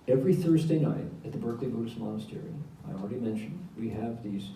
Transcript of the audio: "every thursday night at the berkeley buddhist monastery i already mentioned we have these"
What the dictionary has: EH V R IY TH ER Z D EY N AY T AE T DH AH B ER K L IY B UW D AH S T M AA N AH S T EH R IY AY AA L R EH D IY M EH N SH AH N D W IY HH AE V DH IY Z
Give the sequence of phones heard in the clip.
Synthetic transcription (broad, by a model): EH V R IY TH ER Z D EY N AY T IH T DH AH B ER K L IY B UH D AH S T M AA N AH S T EH R IY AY AA L R EH D IY M EH N SH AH N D W IY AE V DH IY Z